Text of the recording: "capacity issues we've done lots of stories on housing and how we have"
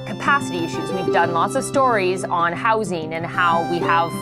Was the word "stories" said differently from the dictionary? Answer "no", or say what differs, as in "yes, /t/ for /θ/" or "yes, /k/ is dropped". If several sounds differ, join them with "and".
no